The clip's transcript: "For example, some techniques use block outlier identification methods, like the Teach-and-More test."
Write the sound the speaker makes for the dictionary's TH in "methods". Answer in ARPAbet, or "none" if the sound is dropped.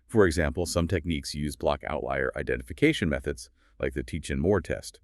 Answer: TH